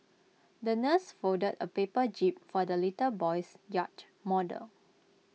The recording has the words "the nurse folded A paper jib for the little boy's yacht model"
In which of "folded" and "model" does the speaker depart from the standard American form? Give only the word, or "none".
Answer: folded